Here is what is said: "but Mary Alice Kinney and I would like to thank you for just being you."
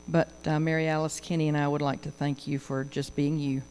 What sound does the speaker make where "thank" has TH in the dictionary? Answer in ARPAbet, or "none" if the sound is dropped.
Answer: TH